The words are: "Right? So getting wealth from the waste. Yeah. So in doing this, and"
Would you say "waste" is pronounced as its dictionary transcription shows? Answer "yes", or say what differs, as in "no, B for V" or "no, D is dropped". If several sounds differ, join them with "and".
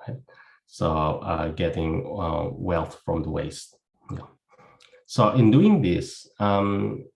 yes